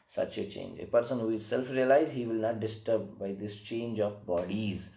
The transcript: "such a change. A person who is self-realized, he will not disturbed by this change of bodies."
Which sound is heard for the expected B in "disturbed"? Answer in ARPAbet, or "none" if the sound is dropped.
none